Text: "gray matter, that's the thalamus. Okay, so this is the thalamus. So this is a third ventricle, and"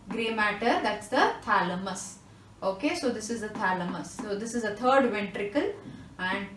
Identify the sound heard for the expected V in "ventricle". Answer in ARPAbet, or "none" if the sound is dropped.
V